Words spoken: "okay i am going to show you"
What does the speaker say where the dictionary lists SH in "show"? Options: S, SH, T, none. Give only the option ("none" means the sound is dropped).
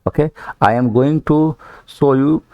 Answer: S